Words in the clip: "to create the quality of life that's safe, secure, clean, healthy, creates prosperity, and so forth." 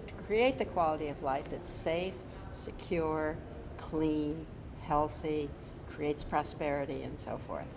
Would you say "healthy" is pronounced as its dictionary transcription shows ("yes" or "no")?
yes